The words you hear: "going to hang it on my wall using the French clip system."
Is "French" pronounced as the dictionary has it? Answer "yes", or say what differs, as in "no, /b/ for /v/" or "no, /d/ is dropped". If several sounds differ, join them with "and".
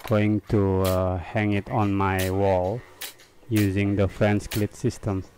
no, /s/ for /tʃ/